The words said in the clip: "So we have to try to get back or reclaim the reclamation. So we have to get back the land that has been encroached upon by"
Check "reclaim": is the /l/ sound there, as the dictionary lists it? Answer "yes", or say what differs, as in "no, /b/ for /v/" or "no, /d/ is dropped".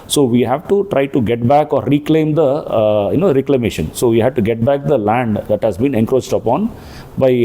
yes